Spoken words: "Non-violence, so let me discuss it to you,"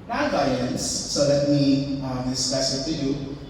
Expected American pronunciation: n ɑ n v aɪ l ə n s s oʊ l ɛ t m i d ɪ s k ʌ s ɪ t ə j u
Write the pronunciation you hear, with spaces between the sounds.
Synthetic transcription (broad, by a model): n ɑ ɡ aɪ ə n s s oʊ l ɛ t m i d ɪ s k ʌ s ɪ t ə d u